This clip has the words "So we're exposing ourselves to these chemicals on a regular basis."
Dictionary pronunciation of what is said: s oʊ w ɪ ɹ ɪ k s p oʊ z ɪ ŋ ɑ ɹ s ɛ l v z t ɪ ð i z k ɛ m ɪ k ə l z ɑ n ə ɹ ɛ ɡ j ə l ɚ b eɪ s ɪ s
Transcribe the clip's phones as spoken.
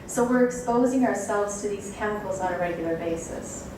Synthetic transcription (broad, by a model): s oʊ w ɪ ɹ ɪ k s p oʊ z ɪ ŋ ɑ ɹ s ɛ l v z t ɪ ð i z k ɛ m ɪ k l z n ə ɹ ɛ ɡ j l ɚ b eɪ s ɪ s